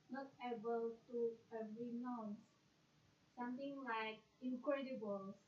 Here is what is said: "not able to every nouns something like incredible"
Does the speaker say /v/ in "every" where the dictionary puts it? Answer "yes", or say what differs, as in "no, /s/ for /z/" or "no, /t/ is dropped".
no, /v/ is dropped